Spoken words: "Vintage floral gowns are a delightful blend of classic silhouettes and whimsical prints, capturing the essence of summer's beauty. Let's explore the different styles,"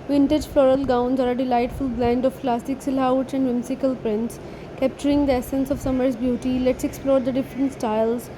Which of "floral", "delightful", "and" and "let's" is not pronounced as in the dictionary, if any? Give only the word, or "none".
none